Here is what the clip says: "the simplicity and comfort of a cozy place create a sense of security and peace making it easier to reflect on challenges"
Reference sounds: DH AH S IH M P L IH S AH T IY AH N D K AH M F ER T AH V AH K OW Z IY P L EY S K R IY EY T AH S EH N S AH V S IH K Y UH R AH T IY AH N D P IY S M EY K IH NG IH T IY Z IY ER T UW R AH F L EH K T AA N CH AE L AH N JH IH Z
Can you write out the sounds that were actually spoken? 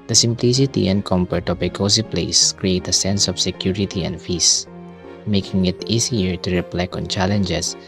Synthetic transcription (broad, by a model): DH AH S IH M P L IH S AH T IY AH N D K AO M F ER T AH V AH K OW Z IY P L EY S K R IY EY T AH S EH N S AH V S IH K Y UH R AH T IY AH N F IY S M EY K IH NG IH T IY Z IY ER T UW R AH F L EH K AA N CH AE L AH N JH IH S